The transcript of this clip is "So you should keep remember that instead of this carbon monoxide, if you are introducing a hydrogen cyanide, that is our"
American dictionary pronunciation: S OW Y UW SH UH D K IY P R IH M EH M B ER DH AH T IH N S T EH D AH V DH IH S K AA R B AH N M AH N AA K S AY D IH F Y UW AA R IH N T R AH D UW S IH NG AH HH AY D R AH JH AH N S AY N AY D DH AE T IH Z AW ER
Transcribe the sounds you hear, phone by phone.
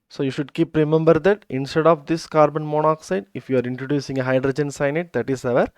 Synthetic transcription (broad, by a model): S OW Y UW SH UH D K IY P R IH M EH M B ER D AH T IH N S T EH D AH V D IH S K AA R B AH N M AH N AA K S AY D IH F Y UW AA R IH N T R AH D UW S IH NG AH HH AY D R AH JH AH N S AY N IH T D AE T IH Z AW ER